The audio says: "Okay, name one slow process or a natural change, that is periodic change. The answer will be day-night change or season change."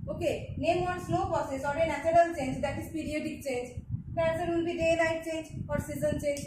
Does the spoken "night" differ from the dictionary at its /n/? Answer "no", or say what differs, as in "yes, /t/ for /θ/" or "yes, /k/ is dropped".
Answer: yes, /l/ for /n/